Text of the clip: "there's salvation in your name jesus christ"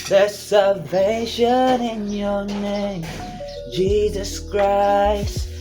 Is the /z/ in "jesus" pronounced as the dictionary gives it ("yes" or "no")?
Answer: yes